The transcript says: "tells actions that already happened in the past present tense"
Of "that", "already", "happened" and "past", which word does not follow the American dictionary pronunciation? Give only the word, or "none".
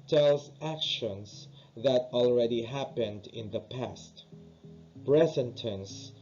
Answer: none